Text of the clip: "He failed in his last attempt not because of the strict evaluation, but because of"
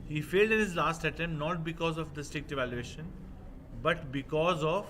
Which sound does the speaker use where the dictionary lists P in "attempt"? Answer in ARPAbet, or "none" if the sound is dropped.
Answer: none